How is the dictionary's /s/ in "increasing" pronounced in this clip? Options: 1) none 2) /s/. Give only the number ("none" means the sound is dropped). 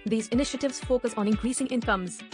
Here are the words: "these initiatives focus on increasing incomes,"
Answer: 2